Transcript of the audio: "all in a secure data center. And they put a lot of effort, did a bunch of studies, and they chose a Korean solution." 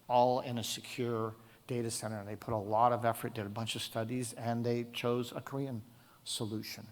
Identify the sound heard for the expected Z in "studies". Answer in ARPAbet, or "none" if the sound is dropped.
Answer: Z